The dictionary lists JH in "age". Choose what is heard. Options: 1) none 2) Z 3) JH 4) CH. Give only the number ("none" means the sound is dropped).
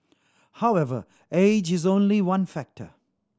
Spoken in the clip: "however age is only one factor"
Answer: 3